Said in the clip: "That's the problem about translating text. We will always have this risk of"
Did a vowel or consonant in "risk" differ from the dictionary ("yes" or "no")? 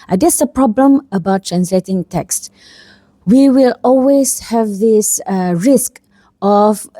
no